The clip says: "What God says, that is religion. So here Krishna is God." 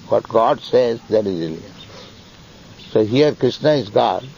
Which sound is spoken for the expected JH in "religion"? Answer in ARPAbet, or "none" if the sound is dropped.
none